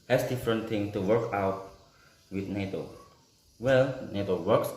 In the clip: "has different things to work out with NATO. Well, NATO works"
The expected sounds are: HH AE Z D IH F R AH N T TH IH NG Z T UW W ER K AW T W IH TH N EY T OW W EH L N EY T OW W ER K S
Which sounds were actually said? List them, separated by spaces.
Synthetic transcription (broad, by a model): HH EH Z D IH F R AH N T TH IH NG T UW W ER K AW T W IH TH N EY T OW W EH L N EY T OW W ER K S